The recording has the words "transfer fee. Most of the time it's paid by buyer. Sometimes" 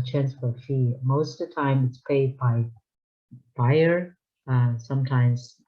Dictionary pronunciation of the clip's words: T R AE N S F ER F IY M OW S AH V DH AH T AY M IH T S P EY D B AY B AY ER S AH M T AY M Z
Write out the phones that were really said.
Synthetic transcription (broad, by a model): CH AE N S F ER F IY M OW AH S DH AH T AY M IH T S P EY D B AY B AY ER S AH M T AY M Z